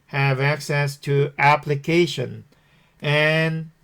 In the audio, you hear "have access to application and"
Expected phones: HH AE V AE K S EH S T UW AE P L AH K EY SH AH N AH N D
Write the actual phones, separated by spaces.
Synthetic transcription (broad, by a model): HH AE V AE K S EH S T UW AE P L AH K EY SH AH N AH N